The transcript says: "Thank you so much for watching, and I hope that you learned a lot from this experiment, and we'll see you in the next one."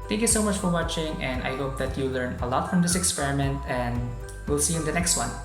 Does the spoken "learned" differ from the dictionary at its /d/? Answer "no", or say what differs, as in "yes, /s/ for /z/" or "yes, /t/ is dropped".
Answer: yes, /d/ is dropped